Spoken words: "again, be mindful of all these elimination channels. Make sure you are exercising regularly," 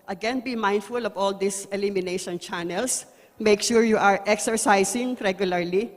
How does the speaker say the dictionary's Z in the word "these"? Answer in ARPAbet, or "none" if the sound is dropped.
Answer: S